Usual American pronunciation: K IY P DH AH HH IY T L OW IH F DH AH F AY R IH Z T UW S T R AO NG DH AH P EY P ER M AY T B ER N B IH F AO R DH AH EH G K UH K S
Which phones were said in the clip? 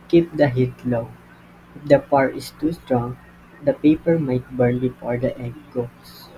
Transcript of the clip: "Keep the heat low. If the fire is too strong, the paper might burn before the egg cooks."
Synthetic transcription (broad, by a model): K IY P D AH HH IY T L OW IH F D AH P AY R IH S T UW S T R AO NG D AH P EY P ER M AY T B ER N B IH F AO R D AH EH G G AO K S